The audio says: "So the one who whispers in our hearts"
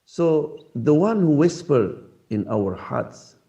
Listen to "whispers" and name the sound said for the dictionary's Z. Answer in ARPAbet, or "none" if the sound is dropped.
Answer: none